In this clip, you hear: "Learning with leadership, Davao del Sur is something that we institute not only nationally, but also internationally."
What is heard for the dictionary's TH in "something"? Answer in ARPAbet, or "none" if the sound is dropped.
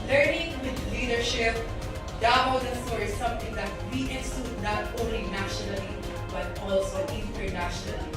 T